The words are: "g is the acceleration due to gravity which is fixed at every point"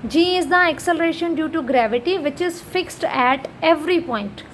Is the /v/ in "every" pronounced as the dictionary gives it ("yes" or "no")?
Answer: yes